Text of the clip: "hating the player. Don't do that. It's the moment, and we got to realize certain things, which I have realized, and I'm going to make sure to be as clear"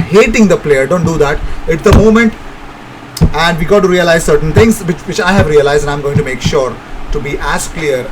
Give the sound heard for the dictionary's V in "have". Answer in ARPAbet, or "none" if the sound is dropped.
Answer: V